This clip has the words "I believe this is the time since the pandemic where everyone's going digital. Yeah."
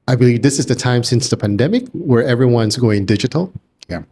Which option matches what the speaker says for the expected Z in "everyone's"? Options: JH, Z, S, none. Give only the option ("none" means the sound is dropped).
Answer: Z